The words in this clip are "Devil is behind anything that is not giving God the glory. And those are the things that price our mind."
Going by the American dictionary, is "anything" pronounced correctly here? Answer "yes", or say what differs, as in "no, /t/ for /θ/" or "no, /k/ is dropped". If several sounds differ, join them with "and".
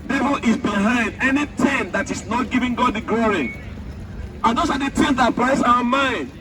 no, /t/ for /θ/